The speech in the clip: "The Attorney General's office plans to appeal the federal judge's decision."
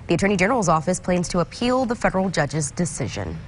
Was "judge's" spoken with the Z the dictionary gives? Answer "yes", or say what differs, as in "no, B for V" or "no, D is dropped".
yes